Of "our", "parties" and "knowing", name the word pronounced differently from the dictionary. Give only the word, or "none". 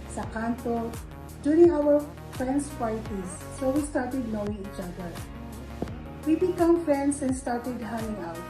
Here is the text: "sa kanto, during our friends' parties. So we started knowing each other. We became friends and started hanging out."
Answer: parties